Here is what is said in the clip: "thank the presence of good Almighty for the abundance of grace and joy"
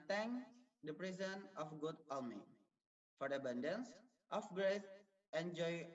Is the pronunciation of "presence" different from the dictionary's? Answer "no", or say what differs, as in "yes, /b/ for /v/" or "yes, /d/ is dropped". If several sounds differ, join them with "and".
yes, /s/ is dropped